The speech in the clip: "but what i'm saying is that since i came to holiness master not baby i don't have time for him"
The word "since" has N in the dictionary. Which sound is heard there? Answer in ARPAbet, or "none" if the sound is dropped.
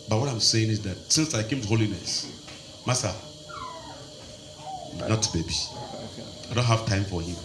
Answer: N